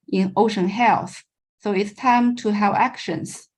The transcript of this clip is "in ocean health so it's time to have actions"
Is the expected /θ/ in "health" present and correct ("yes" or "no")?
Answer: yes